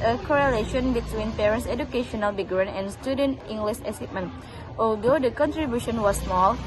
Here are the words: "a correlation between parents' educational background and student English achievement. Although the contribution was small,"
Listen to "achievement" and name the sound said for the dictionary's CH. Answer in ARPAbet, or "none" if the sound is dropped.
S